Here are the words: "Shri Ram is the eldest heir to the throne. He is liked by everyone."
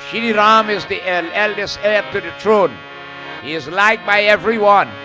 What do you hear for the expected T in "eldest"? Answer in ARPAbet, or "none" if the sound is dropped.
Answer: T